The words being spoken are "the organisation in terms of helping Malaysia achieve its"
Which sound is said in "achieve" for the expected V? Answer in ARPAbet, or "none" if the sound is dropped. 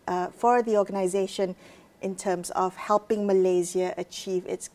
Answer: V